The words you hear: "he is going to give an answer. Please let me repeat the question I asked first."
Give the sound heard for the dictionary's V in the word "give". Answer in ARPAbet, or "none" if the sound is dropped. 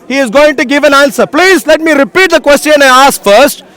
V